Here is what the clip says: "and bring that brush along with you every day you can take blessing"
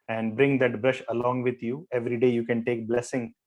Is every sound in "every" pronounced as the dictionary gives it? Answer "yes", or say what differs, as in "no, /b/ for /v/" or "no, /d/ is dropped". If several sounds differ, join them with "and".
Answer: yes